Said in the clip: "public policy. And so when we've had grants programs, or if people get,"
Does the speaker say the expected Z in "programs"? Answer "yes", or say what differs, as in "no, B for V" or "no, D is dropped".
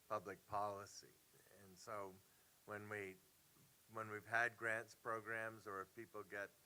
yes